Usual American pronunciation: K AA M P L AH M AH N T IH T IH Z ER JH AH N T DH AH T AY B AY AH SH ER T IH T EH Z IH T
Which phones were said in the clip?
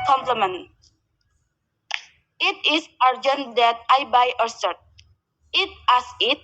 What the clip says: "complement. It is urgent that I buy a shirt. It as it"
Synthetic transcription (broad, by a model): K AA M P L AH M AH N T IH T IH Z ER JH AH N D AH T AY B AY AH S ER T IH T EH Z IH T